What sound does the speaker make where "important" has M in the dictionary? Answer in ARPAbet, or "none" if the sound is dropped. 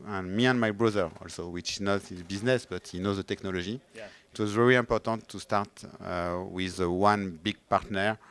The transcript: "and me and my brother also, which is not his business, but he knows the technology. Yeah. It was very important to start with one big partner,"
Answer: none